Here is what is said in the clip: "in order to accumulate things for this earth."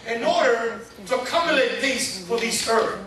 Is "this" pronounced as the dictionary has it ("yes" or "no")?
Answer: no